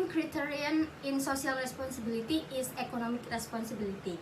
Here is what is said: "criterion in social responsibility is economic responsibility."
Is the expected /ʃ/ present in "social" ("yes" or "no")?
no